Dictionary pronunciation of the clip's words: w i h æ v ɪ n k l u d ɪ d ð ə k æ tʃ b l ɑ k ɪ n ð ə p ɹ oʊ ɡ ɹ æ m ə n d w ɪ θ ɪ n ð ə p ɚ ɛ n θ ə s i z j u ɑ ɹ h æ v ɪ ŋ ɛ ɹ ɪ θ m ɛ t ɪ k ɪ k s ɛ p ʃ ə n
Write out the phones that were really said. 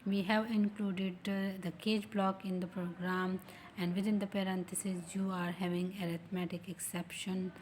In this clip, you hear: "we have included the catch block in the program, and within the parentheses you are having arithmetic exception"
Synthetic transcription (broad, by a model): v i h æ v ɪ n k l u d ɪ d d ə k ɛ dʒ b l ɑ k ɪ n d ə p ɹ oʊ ɡ ɹ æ m ə n d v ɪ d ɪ n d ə p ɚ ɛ n t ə s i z j u ɑ ɹ h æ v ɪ ŋ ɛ ɹ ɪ t m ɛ t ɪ k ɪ k s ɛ p ʃ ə n